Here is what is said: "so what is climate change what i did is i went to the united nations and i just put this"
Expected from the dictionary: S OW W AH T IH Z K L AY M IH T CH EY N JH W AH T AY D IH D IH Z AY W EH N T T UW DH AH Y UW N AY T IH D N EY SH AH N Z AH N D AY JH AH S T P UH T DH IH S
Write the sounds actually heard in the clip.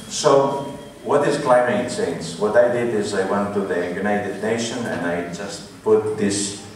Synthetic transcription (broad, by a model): S OW W AH T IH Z K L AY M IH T S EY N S W AH T AY D IH D IH Z AY W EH N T T UW DH AH Y UW N AY T IH D N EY SH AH N AH N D AY JH AH S T P UH T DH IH S